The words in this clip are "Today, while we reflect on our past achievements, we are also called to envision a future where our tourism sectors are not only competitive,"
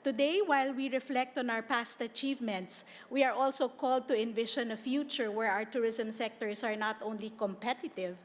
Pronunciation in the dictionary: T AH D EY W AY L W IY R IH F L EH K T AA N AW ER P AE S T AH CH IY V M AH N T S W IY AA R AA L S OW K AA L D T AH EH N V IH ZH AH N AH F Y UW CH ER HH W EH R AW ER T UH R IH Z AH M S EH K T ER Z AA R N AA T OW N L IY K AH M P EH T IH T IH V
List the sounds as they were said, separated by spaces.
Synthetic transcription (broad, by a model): T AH D EY W AY L W IY R IH F L EH K T AA N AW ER P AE S T AH CH IY V M AH N T S W IY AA R AA L S OW K AA L D T AH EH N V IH SH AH N AH F Y UW CH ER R W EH R AW ER T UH R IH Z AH M S EH K T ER S AA R N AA T OW N L IY K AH M P EH T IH T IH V